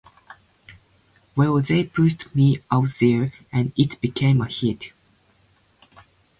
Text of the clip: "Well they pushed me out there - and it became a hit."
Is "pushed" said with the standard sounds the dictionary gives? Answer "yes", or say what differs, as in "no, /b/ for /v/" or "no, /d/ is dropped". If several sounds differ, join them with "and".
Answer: no, /s/ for /ʃ/